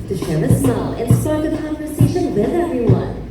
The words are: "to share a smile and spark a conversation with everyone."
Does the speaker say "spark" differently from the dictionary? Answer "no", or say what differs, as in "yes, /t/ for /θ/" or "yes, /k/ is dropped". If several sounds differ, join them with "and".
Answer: yes, /p/ is dropped